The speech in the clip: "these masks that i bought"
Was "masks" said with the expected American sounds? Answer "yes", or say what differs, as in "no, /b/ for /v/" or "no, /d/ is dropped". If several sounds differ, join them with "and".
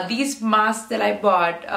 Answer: no, /k/ is dropped